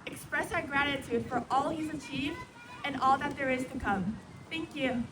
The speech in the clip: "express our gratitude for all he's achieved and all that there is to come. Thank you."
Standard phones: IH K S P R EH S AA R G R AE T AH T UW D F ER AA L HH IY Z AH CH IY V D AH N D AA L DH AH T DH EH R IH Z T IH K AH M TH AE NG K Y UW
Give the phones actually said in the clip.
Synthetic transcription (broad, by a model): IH K S P R EH S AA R G R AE T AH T UW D F ER AA L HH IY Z AH CH IY V D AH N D AA L DH AH T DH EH R IH Z T IH K AH M TH AE NG K Y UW